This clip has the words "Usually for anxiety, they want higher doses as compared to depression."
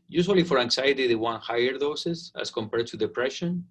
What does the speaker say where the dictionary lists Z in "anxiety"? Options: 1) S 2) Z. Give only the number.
1